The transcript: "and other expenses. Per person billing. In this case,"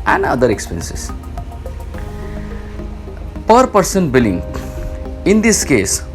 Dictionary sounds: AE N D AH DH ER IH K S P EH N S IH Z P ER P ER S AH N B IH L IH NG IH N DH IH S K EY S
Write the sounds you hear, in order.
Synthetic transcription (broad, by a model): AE N D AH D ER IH K S P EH N S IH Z P ER P ER S AH N B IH L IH NG IH N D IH S K EY S